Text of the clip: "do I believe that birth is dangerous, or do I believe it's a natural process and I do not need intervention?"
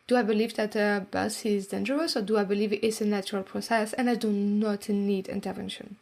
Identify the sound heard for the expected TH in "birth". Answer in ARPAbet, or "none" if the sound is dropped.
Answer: S